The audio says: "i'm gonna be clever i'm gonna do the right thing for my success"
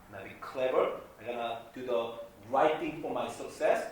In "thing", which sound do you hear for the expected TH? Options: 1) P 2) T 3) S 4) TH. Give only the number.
2